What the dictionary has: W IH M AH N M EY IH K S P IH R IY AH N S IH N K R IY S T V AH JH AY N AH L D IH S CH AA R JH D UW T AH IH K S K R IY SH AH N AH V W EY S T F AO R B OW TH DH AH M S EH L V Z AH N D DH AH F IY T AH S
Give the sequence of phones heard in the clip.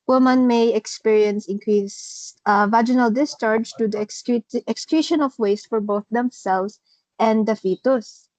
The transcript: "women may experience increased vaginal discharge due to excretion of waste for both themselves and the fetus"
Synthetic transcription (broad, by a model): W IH M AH N M EY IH K S P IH R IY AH N S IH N K R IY S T V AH JH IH N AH L D IH S CH AA R JH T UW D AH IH K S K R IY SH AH N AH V W EY S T F AO R B OW TH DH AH M S EH L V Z AH N D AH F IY T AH S